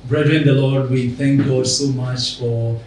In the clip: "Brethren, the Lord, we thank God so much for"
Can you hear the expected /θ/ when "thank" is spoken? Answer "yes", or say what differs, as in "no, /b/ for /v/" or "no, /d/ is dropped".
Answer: no, /t/ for /θ/